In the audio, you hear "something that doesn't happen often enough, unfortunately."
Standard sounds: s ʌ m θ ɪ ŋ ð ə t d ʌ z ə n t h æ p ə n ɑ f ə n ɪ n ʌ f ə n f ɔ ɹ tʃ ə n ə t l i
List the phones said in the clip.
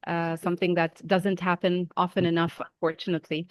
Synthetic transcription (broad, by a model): s ʌ m θ ɪ ŋ ð ə t d ʌ z ə n t h æ p ə n ɑ f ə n ɪ n ʌ f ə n f ɔ ɹ tʃ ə n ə t l i